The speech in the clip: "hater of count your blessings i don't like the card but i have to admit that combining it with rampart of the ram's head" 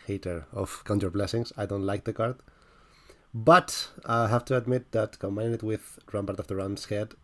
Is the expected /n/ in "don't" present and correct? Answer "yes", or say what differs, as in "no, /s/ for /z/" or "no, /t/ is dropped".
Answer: yes